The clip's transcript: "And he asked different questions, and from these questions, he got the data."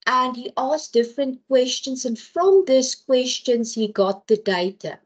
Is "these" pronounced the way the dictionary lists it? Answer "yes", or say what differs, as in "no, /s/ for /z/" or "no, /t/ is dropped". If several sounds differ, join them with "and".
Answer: no, /s/ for /z/